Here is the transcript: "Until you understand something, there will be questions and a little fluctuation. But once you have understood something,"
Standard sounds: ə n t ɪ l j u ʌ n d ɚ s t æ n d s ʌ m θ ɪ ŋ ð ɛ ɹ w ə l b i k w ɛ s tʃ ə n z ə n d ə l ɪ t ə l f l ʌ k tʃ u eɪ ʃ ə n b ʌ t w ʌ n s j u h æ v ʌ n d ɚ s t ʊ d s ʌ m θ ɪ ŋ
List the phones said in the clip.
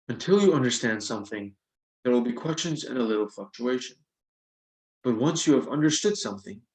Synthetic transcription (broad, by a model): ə n t ɪ l j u ʌ n d ɚ s t æ n d s ʌ m θ ɪ ŋ ð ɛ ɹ w ə l b i k w ɛ s tʃ ə n z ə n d ə l ɪ t l f l ʌ k tʃ u eɪ ʃ ə n b ʌ t w ʌ n s j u v ʌ n d ɚ s t ʊ d s ʌ m θ ɪ ŋ